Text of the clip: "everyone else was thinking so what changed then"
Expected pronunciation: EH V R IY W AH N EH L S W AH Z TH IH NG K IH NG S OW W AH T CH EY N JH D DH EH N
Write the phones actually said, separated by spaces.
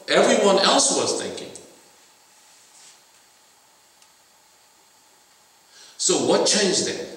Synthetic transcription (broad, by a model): EH V R IY W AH N EH L S W AH Z TH IH NG K IH NG S OW W AH T CH EY N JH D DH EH